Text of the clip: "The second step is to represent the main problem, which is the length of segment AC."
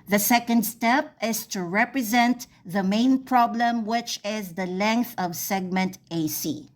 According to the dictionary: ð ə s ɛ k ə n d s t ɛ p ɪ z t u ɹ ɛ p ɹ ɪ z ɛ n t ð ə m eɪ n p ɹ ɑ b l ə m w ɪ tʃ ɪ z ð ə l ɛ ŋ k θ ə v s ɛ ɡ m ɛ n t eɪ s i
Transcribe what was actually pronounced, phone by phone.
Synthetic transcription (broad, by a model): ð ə s ɛ k ə n d s t ɛ p ɪ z t u ɹ ɛ p ɹ ɪ z ɛ n t ð ə m eɪ n p ɹ ɑ b l ə m w ɪ tʃ ɪ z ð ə l ɛ ŋ k θ ə v s ɛ ɡ m ɛ n t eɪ s i